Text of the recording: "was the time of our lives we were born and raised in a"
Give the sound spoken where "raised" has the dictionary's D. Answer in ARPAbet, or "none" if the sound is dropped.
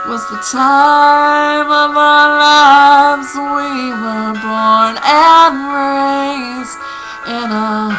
none